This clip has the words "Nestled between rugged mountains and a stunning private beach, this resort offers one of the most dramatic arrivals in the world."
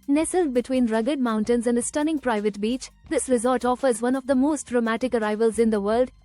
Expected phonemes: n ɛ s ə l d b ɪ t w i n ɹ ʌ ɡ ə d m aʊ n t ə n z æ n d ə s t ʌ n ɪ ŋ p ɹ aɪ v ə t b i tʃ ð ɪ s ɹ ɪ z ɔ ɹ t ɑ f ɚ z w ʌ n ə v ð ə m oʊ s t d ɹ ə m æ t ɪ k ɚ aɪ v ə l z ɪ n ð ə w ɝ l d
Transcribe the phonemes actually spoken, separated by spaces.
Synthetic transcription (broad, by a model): n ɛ s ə l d b ɪ t w i n ɹ ʌ ɡ ə d m aʊ n t ə n z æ n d ə s t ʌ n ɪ ŋ p ɹ aɪ v ə t b i tʃ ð ɪ s ɹ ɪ z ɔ l t ɑ f ɚ z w ʌ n ə v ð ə m oʊ s t d ɹ ə m æ t ɪ k ɚ aɪ v ə l z ɪ n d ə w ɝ l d